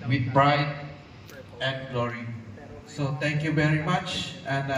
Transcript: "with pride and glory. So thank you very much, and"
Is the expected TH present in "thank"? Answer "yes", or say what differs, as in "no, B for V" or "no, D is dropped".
no, T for TH